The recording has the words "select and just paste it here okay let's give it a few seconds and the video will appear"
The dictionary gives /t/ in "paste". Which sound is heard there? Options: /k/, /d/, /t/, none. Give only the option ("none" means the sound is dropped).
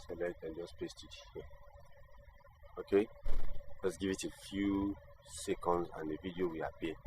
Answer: /t/